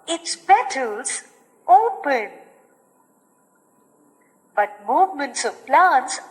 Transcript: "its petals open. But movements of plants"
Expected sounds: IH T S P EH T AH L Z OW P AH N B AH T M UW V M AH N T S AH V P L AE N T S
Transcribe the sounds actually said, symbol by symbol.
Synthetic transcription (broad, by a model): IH T S B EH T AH L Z OW P AH N B AH T M UW V M AH N T S AH V P L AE N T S